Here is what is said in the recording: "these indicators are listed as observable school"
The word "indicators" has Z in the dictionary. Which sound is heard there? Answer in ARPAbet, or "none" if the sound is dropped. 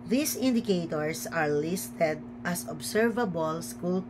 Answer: S